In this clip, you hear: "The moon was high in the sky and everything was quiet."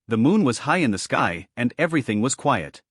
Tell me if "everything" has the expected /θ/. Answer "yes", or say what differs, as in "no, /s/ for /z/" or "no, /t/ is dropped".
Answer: yes